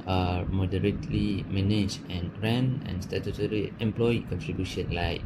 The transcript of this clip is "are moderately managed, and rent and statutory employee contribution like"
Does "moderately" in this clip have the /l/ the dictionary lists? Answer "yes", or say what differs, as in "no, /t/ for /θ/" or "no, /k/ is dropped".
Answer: yes